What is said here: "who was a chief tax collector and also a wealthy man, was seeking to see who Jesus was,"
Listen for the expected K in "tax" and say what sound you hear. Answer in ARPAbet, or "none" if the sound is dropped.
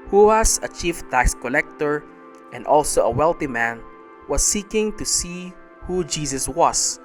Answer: none